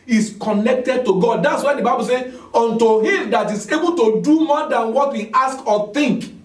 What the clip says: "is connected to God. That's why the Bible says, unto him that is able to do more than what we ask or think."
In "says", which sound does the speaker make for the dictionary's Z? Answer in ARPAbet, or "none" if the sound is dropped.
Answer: none